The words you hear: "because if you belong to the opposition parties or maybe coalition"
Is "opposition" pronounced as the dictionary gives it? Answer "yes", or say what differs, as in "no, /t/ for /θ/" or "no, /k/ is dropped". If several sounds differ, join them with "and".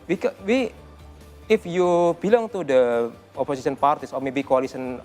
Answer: no, /s/ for /z/ and /s/ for /ʃ/